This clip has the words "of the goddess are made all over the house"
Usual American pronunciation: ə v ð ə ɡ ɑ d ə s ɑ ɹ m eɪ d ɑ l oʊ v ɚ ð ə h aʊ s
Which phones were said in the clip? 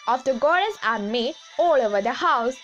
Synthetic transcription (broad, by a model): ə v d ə ɡ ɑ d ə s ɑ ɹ m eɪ ɑ l oʊ v ɚ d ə h aʊ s